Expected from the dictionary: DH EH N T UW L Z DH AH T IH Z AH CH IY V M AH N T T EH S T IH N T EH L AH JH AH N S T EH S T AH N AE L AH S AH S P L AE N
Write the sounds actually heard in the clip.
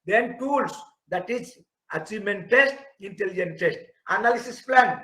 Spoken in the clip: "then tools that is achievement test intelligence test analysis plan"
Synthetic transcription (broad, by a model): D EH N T UW L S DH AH T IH S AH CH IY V M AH N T T EH S T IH N T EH L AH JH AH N T EH S T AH N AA L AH S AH S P L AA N